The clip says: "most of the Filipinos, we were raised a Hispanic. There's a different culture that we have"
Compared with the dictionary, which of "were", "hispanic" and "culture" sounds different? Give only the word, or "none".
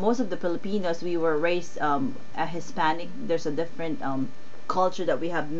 none